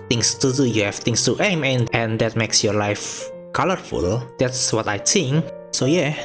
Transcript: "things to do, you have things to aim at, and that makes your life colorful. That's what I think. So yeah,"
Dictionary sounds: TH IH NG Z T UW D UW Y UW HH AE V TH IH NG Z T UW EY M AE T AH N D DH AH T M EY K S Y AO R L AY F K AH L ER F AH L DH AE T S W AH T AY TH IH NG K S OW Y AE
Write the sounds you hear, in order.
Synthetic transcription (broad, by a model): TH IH NG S T UW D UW Y UW HH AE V T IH NG S T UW EY M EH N AH N D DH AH T M EY K S Y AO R L AY F K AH L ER F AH L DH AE T S W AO T AY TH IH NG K S OW Y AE